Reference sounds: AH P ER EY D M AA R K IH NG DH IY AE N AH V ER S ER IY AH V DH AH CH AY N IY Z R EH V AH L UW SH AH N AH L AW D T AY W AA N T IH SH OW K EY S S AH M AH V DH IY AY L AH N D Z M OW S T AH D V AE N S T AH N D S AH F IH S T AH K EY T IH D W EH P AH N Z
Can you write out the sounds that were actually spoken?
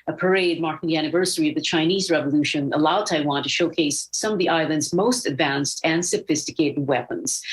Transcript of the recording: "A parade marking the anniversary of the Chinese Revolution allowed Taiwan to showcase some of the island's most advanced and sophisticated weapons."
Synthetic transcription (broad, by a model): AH P ER EY D M AA R K IH NG DH IY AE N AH V ER S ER IY AH V DH AH CH AY N IY Z R EH V AH L UW SH AH N AH L AW D T AY W AA N T IH SH OW K EY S S AH M AH V DH IY AY L AH N D Z M OW S T AH D V AE N S T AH N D S AH F IH S T AH K EY T IH D W EH P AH N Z